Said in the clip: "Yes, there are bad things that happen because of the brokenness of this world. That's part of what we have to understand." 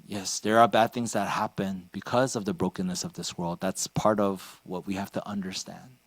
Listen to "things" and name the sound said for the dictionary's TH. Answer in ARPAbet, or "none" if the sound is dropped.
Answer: TH